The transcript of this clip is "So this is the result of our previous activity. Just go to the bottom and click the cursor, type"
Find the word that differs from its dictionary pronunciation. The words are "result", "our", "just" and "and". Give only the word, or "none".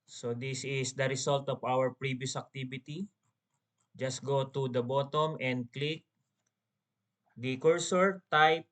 result